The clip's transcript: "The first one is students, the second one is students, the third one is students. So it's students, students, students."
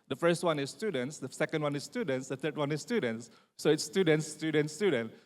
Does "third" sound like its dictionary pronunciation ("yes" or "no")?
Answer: no